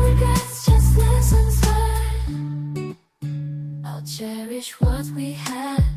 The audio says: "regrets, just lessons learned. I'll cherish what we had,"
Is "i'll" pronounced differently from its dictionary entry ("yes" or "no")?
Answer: no